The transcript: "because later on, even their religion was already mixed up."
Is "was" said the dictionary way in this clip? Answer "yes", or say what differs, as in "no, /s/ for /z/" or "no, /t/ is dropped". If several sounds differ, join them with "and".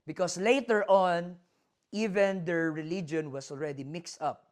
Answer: no, /s/ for /z/